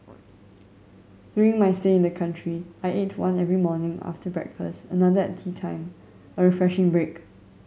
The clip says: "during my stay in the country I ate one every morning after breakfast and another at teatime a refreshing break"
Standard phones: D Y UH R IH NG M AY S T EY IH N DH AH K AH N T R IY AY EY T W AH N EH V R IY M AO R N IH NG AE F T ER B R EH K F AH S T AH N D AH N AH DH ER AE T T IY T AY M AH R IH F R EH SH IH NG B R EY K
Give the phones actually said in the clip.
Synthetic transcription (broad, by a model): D Y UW R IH NG M AY S T EY IH N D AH K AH N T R IY AY EY T W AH N EH V R IY M AO N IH NG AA F T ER B R EH K F AH S T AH N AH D AH ER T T IY T AY M AH R IH F R EH SH IH NG B R EY K